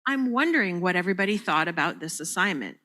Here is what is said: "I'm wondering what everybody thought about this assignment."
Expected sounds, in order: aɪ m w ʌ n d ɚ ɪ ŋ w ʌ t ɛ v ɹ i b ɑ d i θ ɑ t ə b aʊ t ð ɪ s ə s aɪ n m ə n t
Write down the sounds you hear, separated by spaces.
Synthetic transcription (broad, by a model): aɪ m w ʌ n d ɚ ɪ ŋ w ʌ t ɛ v ɹ i b ɑ d i θ ɑ t ə b aʊ t ð ɪ s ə s aɪ n m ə n t